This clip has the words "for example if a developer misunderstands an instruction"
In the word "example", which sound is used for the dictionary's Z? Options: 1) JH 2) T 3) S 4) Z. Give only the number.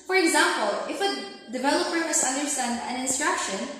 4